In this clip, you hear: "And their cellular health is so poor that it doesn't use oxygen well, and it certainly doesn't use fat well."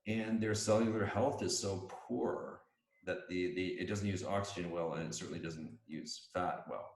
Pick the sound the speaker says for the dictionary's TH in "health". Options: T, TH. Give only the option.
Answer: TH